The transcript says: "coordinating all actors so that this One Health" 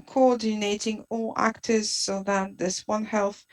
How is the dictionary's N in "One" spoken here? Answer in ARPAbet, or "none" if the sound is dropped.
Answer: N